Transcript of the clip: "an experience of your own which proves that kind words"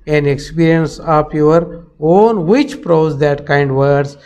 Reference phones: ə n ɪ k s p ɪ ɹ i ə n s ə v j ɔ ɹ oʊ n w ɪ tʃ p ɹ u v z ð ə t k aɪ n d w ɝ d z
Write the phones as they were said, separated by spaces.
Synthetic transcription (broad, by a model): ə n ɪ k s p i ɹ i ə n s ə p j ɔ ɹ oʊ n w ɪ tʃ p ɹ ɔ z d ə t k aɪ n d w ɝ d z